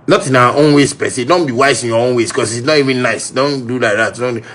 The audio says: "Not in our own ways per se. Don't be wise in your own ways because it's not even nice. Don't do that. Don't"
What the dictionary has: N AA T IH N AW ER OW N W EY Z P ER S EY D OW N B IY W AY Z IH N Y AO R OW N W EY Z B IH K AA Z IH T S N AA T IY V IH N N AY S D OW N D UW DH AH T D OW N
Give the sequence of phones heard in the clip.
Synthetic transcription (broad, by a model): N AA T IH N AW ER OW N W EY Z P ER S EY D OW N B IY W AY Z IH N Y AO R OW N W EY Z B K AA S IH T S N AA T IY V IH N N AY S D OW N D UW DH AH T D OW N